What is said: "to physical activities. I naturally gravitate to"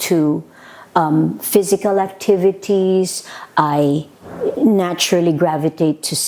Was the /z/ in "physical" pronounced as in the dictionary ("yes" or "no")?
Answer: yes